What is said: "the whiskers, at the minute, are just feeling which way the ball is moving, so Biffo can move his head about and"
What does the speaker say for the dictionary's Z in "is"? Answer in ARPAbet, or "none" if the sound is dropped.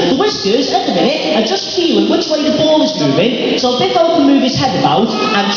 Z